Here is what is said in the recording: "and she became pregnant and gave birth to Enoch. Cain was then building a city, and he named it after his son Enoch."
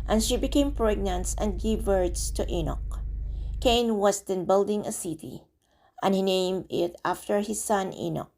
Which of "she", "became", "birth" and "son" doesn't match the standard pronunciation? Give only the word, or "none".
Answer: birth